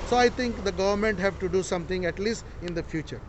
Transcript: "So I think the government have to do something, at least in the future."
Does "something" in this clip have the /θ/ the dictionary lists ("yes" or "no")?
no